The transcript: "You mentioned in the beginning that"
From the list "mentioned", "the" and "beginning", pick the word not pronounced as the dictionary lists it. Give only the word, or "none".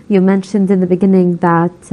none